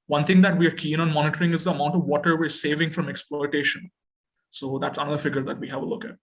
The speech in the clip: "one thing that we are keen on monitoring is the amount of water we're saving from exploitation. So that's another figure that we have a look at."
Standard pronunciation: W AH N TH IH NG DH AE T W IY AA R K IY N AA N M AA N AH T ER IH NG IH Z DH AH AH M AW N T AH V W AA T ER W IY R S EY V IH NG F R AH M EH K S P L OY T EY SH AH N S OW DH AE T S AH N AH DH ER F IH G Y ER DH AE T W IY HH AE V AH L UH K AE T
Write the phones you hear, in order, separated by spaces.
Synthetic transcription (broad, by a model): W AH N T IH NG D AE T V IY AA R K IY N AA N M AA N AH T ER IH NG IH Z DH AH AH M AW N T AH V AA T ER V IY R S EY V IH NG F R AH M EH K S P L OY T EY SH AH N S OW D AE T S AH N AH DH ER F IH G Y ER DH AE T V IY HH AE V AH L UH K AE T